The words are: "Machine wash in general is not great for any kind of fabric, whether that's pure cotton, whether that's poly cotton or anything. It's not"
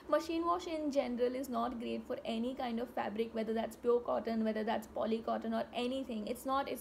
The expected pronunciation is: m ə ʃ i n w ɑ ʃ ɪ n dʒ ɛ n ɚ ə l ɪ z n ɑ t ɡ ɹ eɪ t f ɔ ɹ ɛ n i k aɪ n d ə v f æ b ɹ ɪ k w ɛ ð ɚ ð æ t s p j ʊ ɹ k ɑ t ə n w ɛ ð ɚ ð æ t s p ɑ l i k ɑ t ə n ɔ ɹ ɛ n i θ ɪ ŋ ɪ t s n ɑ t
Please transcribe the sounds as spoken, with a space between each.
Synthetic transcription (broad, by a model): m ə ʃ i n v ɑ ʃ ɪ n dʒ ɛ n ɚ ə l ɪ z n ɑ t ɡ ɹ eɪ t f ɔ ɹ ɛ n i k aɪ n d ə v f æ b ɹ ɪ k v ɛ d ɚ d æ t s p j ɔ k ɑ t ə n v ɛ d ɚ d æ t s p ɑ l i k ɑ t ə n ɔ ɹ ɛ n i t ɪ ŋ ɪ t s n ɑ t